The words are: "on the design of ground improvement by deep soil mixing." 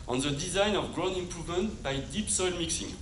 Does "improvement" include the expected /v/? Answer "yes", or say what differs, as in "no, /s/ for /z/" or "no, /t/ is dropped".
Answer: yes